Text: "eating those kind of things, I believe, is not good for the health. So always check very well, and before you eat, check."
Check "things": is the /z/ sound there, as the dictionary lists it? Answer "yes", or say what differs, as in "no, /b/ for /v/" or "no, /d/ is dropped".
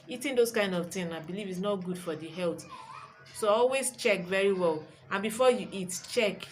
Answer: no, /z/ is dropped